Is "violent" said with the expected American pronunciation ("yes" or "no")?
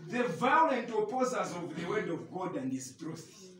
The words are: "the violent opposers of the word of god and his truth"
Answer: yes